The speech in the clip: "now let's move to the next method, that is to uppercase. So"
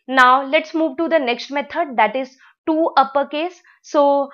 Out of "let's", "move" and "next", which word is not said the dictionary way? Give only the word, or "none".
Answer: none